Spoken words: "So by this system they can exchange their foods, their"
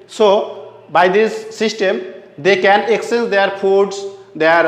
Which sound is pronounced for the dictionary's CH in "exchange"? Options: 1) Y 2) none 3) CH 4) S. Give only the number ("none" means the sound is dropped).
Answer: 2